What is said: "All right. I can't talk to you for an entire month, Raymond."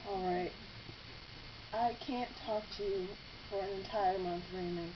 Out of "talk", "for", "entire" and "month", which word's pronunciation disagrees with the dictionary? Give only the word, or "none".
none